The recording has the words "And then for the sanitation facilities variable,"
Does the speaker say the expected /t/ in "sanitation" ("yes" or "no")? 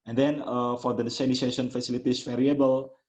no